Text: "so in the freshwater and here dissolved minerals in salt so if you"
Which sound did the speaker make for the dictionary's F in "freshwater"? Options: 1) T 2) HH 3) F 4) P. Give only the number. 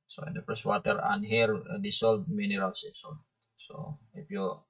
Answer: 4